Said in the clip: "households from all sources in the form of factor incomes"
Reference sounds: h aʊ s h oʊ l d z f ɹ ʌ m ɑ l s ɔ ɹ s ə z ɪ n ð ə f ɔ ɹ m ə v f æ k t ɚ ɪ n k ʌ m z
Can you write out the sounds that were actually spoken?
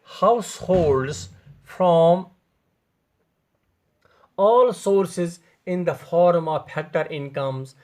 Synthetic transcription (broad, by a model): h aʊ s h oʊ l d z f ɹ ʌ m ɑ l s ɔ ɹ s ə z ɪ n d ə f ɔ ɹ m ə v p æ k t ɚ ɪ n k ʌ m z